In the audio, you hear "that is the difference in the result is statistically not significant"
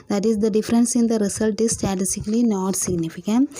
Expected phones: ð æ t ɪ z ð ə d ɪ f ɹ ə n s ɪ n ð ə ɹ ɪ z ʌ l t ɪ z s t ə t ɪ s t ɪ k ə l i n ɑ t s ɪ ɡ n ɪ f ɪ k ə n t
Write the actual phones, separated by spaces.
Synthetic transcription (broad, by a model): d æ t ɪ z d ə d ɪ f ɹ ə n s ɪ n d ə ɹ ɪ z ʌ l t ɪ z s t ə t ɪ s t ɪ k ə l i n ɑ t s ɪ ɡ n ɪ f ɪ k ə n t